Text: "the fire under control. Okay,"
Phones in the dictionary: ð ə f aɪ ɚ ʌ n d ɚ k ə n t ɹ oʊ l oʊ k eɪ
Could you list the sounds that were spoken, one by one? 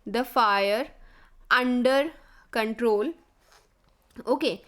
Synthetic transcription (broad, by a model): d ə f aɪ ɚ ʌ n d ɚ k ə n t ɹ oʊ l oʊ k eɪ